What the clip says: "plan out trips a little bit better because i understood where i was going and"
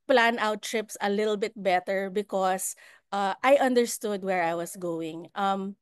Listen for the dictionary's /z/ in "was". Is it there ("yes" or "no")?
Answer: no